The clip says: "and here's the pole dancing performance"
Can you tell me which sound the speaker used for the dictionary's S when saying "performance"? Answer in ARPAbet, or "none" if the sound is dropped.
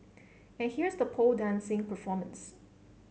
S